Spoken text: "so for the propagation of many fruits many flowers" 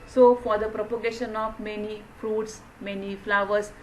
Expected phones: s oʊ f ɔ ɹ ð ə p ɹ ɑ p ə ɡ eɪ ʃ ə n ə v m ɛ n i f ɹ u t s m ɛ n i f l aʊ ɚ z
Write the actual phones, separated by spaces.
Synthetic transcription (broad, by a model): s oʊ f ɔ ɹ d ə p ɹ ɑ p ə ɡ eɪ ʃ ə n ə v m ɛ n i f ɹ u t s m ɛ n i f l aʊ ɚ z